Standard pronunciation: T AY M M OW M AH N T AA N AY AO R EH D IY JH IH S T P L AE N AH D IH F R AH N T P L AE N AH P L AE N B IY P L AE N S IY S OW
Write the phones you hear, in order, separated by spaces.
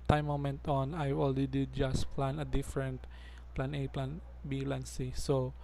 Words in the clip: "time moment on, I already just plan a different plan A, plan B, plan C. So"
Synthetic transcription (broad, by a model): T AY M M OW M AH N T AA N AY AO L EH D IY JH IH S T P L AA N AH D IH F R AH N T P L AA N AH P L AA N B IY L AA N S IY S OW